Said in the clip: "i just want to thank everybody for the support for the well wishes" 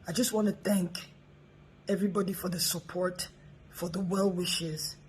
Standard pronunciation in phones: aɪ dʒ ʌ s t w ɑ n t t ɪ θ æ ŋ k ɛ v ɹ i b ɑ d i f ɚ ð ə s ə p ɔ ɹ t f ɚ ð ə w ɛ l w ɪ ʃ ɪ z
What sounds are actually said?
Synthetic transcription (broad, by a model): aɪ dʒ ʌ s t w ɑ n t t ɪ θ æ ŋ k ɛ v ɹ i b ɑ d i f ɚ ð ə s ə p ɔ ɹ t f ɚ ð ə w ɛ l w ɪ ʃ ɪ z